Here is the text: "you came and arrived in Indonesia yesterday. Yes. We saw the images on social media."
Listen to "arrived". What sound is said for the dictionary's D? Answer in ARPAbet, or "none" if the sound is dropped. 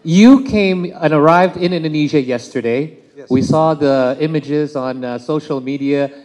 D